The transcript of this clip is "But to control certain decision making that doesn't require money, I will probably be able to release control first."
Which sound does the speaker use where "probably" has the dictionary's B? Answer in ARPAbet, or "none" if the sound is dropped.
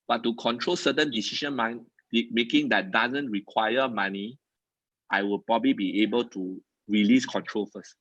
B